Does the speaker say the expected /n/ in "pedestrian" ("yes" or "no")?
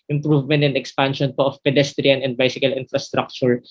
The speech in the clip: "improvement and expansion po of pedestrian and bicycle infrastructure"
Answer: yes